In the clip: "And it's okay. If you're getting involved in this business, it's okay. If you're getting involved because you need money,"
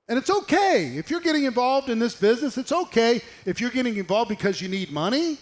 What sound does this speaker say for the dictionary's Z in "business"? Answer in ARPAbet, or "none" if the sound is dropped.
Z